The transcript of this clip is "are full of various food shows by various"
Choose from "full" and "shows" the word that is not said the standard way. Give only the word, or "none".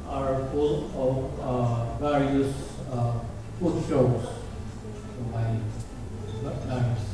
shows